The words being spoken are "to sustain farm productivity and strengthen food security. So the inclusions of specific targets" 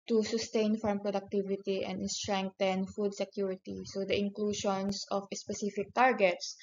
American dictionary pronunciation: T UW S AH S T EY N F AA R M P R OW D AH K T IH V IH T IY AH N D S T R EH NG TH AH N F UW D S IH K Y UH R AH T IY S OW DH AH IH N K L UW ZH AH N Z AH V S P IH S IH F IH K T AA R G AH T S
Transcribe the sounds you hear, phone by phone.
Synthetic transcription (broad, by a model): T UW S AH S T EY N F AA R M P R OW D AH K T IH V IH T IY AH N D S T R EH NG T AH N F UW D S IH K Y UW R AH T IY S OW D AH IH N K L UW SH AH N S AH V S P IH S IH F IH K T AA R G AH T S